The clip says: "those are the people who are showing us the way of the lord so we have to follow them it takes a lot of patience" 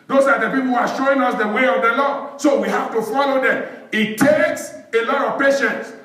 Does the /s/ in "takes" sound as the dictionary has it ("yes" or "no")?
yes